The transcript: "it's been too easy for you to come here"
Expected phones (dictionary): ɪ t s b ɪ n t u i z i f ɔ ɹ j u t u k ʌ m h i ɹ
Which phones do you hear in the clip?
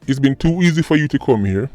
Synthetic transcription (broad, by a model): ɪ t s b ɪ n t u i z i f ɔ ɹ j u t u k ʌ m h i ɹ